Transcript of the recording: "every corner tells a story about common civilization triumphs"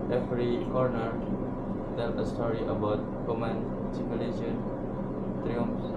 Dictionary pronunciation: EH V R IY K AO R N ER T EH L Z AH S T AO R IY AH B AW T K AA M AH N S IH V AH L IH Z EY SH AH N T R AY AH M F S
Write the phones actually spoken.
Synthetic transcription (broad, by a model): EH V R IY K AO R N ER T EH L AH S T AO R IY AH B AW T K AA M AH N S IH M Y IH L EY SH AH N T R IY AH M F